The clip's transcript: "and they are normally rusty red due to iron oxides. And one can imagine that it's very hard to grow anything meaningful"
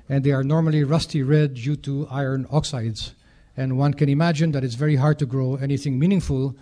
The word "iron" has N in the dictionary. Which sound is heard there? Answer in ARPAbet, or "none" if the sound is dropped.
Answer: N